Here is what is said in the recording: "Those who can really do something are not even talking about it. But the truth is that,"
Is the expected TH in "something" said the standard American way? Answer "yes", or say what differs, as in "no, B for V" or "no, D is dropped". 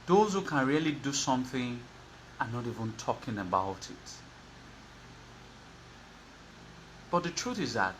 yes